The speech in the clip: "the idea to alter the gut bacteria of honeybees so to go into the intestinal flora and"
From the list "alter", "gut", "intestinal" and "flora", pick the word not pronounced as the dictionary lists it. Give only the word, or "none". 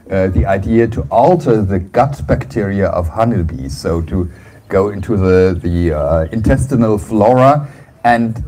none